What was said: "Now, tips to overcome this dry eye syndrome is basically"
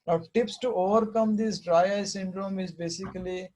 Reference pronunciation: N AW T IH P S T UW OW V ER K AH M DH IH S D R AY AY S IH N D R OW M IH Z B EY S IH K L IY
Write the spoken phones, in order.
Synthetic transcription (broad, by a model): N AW T IH P S T UW OW V ER K AH M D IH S D R AY AY S IH N D R OW M IH Z B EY S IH K L IY